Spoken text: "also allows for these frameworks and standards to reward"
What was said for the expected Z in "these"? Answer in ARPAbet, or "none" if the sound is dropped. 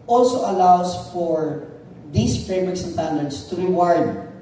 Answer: S